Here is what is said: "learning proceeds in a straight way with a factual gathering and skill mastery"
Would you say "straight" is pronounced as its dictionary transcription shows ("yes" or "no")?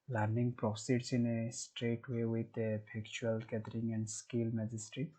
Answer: yes